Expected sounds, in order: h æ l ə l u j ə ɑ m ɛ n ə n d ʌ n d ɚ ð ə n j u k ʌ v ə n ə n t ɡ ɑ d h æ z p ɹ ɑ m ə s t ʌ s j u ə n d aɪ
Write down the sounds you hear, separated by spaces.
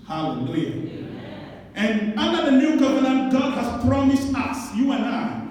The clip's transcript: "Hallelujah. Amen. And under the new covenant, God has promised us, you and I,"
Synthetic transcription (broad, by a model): h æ l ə l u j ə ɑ ɛ n ə n d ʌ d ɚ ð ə n j u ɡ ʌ v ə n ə n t ɡ ɑ d h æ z p ɹ ɑ m ə s t ʌ s j u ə n aɪ